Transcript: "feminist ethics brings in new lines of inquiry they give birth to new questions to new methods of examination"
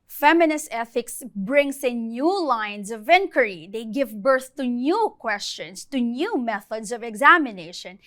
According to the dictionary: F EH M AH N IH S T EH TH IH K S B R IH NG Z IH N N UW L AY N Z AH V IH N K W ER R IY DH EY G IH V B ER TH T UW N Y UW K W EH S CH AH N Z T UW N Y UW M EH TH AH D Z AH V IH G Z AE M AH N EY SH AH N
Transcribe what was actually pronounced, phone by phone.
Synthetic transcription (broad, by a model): F EH M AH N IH S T EH TH IH K S B R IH NG S IH N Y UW L AY N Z AH V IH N K W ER R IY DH EY G IH V B ER TH T UW N Y UW K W EH S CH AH N S T UW N Y UW M EH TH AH D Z AH V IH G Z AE M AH N EY SH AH N